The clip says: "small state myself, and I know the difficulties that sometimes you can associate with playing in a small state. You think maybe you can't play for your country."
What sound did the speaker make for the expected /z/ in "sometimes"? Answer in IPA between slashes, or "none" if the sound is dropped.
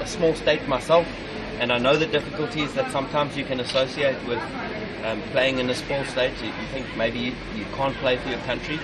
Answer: /z/